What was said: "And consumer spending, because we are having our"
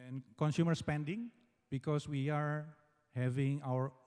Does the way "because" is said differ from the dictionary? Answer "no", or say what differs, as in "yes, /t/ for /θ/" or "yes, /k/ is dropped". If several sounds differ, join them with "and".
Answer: yes, /s/ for /z/